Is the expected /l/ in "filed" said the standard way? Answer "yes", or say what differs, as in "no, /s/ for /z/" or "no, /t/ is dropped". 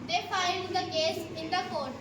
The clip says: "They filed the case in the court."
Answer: no, /n/ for /l/